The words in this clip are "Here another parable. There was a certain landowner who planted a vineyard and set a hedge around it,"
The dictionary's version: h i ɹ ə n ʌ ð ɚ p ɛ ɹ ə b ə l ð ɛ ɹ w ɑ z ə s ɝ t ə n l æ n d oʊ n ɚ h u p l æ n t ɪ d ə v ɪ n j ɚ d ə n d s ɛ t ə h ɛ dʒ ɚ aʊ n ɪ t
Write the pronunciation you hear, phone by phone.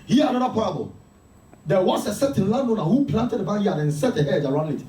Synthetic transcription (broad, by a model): h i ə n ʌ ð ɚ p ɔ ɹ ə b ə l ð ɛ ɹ w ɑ s ə s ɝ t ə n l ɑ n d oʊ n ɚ h u p l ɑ n t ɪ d ə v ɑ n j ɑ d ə n s ɛ t ə h ɛ dʒ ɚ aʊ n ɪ t